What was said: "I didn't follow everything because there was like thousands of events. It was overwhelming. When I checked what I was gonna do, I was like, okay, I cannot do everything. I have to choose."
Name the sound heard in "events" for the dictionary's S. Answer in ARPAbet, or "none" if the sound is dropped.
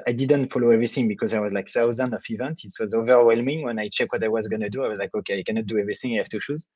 none